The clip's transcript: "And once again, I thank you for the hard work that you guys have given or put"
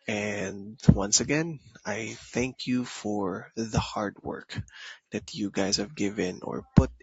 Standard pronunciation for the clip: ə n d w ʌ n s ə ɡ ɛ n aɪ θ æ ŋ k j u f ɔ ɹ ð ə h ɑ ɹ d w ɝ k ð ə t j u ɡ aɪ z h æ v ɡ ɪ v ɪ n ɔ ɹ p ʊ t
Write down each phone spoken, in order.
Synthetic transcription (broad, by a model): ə n d w ʌ n s ə ɡ ɛ n aɪ θ æ ŋ k j u f ɔ ɹ ð ə h ɑ ɹ d w ɝ k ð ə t j u ɡ aɪ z h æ v ɡ ɪ v ɪ n ɔ ɹ p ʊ t